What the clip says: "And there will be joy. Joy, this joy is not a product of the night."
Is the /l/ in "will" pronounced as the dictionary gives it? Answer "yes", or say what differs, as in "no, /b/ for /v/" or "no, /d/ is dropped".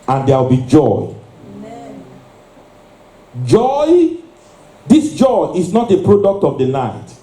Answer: no, /w/ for /l/